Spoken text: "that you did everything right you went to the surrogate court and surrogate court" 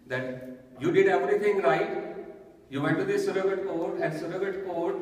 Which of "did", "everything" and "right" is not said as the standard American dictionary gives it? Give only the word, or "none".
everything